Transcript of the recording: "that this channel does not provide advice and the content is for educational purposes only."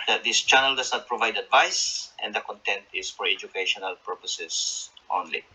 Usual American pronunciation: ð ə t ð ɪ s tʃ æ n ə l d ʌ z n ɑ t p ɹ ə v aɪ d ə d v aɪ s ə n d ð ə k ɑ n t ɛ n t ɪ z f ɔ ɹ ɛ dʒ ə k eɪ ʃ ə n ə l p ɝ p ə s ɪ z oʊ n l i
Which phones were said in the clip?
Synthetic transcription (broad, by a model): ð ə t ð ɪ s tʃ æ n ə l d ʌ s n ɑ t p ɹ ə v aɪ d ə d v aɪ s ə n d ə k ɑ n t ɛ n t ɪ s f ɔ ɹ ɛ dʒ ə k eɪ ʃ ə n ə l p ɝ p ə s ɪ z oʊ n l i